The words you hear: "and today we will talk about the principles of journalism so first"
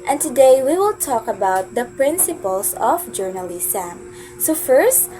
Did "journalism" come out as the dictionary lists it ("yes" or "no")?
no